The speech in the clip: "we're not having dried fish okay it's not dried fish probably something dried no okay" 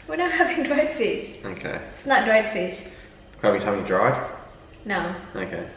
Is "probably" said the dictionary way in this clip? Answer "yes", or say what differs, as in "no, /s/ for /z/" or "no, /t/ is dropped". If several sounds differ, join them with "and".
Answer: no, /l/ is dropped